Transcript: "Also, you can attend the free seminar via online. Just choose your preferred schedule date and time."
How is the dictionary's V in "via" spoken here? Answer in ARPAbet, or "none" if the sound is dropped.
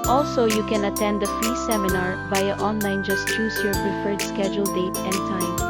B